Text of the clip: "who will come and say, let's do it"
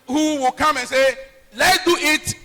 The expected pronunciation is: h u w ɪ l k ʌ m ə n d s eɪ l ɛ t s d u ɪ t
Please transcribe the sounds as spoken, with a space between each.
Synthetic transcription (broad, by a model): h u w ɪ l k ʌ m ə n s eɪ l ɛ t d u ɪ t